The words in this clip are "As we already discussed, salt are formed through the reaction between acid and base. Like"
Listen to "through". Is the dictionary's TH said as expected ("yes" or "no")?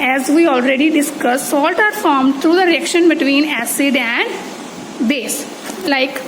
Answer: no